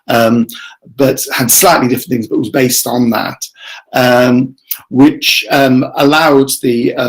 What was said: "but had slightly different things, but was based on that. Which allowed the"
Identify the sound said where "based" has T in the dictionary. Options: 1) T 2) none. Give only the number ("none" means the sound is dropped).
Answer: 1